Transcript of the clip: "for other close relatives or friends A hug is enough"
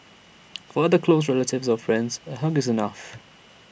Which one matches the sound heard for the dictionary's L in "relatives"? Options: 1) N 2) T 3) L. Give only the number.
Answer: 3